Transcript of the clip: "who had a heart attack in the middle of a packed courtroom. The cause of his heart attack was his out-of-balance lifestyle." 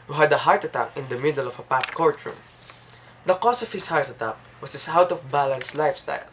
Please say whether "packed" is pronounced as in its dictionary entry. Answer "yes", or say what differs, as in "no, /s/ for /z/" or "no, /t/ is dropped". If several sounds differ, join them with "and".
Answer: no, /k/ is dropped